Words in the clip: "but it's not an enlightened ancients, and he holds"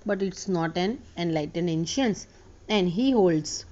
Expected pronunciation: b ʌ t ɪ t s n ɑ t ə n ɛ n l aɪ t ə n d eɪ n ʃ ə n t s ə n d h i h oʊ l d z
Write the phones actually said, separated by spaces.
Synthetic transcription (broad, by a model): b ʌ t ɪ t s n ɑ t ə n ɛ n l aɪ t ə n d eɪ n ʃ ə n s ə n d h i h oʊ l d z